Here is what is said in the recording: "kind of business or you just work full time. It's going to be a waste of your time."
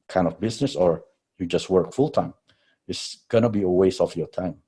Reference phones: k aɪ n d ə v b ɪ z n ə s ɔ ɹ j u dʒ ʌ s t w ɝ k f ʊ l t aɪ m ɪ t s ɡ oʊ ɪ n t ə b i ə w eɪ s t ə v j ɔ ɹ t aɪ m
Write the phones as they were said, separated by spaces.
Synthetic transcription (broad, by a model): k aɪ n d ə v b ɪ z n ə s ɔ ɹ j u dʒ ʌ s t w ɝ k f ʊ l t aɪ m ɪ t s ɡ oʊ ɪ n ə b i ə w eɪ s ə f j ɔ ɹ t aɪ m